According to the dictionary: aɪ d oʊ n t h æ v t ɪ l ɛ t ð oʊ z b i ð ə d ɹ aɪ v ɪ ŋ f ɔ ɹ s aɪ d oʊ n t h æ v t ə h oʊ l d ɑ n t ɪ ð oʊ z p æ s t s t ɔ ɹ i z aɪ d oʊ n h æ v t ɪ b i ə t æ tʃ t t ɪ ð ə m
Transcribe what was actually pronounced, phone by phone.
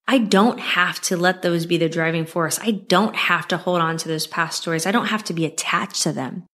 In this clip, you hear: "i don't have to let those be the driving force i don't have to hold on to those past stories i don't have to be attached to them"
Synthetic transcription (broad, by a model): aɪ d oʊ n t h æ f t ɪ l ɛ t ð oʊ z b i ð ə d ɹ aɪ v ɪ ŋ f ɔ ɹ s aɪ d oʊ n t h æ f t ə h oʊ l d n t ɪ ð oʊ z p æ s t s t ɔ ɹ i z aɪ d oʊ n h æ f t ɪ b i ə t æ tʃ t t ɪ ð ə m